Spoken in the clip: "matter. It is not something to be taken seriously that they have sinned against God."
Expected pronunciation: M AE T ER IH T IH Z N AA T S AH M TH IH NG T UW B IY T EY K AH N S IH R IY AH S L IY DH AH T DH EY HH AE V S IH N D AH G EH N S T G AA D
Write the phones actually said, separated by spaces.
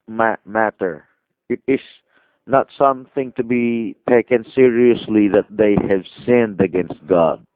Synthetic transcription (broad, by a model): M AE T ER IH T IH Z N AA T S AH M TH IH NG T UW B IY T EY K AH N S IH R IY AH S L IY DH AH T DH EY HH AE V S IH N D AH G EH N S T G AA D